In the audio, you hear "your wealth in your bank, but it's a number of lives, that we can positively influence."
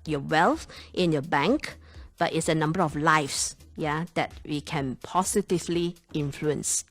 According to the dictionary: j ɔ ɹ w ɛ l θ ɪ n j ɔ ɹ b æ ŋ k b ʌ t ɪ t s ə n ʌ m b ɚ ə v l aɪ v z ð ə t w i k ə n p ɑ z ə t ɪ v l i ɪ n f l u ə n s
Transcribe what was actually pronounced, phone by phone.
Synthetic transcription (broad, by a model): j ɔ w ɛ l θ ɪ n j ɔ b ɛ ŋ k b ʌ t ɪ t s ə n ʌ m b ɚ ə f l aɪ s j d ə t w i k ə n p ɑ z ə t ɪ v l i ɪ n f l u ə n s